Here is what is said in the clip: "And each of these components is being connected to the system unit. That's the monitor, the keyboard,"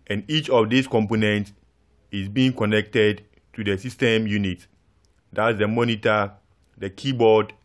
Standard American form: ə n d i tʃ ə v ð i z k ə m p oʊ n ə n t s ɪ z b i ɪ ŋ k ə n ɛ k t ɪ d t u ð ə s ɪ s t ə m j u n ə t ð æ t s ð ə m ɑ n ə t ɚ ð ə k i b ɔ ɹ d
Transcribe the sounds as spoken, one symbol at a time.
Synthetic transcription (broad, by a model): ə n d i tʃ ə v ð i s k ə m p oʊ n ə n t s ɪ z b i ɪ ŋ k ə n ɛ k t ɪ d t u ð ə s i s t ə m j u n ə t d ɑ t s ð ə m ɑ n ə t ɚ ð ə k i b ɔ d